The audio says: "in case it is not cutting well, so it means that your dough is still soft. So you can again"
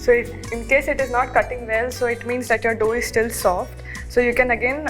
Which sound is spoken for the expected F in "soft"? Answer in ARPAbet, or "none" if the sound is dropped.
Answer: F